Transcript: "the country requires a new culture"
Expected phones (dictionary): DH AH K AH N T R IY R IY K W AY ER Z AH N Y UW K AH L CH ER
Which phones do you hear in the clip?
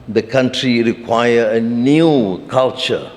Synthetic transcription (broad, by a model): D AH K AH N T R IY R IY K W AY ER AH N Y UW K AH L CH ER